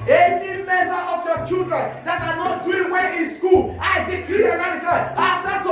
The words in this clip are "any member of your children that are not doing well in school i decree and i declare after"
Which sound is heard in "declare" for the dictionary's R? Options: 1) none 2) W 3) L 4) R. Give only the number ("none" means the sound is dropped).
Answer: 3